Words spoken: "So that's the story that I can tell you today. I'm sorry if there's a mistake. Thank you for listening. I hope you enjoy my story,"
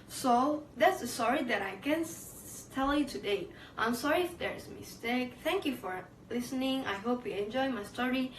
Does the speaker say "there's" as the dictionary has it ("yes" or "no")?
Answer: no